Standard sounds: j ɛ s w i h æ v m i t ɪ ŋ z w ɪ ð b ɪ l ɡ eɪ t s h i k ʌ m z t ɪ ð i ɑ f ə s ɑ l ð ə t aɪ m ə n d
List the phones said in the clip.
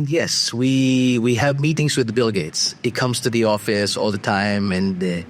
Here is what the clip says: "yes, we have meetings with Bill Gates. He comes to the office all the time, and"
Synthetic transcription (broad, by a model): j ɛ s w i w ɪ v m i t ɪ ŋ z w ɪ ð b ɪ l ɡ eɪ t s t k ʌ m z t ɪ ð i ɑ f ə s ɑ l ð ə t aɪ m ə n